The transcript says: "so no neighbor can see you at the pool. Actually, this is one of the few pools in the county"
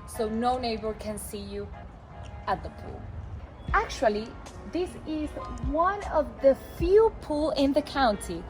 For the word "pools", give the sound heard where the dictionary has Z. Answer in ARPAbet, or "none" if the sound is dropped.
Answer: none